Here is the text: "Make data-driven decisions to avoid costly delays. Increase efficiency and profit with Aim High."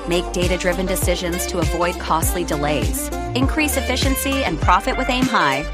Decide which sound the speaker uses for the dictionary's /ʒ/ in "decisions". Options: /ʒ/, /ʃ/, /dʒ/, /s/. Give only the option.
/ʒ/